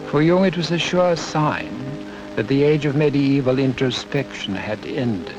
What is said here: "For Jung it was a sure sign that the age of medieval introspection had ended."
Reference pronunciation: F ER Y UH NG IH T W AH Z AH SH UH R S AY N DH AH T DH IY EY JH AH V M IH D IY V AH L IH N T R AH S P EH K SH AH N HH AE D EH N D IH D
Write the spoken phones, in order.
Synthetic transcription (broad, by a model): F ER Y UH NG IH T W AH Z AH SH UH R S AY N DH AH T DH IY EY JH AH V M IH D IY V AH L IH N T R AH S P EH K SH AH N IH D EH N D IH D